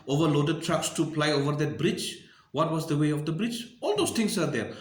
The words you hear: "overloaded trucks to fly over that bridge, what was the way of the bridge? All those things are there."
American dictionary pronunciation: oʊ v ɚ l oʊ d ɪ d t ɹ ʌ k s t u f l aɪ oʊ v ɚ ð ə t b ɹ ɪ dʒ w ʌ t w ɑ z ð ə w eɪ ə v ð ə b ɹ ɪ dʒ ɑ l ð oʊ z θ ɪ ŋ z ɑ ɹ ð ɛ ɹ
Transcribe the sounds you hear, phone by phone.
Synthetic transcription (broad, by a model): oʊ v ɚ l oʊ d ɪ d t ɹ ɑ k s t u p l aɪ oʊ v ɚ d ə t b ɹ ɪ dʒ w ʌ t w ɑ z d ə w eɪ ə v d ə b ɹ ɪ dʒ ɑ l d oʊ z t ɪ ŋ s ɑ ɹ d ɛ ɹ